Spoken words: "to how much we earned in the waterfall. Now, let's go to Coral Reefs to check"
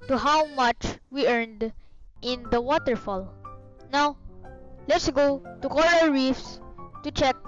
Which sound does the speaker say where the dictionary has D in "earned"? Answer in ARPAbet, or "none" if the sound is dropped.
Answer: D